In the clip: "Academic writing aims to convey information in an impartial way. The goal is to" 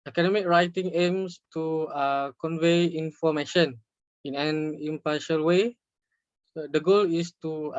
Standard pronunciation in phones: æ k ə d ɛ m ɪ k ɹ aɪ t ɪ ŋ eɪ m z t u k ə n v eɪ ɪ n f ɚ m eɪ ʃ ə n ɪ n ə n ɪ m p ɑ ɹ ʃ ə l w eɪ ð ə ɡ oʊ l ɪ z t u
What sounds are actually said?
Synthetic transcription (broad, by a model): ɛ k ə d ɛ m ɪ k ɹ aɪ t ɪ ŋ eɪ m s t u k ə n v eɪ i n f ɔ m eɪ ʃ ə n ɪ n ə n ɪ m p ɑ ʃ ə l w eɪ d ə ɡ oʊ l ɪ s t u